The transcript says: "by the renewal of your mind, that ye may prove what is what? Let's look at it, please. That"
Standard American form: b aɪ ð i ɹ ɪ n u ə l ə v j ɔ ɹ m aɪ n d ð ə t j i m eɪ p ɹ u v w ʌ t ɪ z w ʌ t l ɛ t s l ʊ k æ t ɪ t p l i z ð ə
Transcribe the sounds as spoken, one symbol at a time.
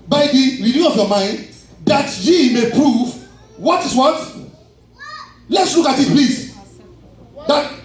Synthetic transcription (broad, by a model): b aɪ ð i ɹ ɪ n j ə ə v j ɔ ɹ m aɪ n d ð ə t j i m eɪ p ɹ u v w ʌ t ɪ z w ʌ t l ɛ t s l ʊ k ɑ t ɪ t p l i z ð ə